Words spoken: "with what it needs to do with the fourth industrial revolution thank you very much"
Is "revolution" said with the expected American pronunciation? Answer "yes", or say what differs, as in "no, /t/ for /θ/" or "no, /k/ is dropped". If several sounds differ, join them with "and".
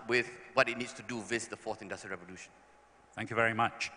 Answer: yes